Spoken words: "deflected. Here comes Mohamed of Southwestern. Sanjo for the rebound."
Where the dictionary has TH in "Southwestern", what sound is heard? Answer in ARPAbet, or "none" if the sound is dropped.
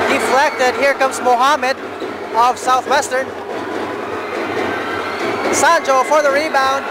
TH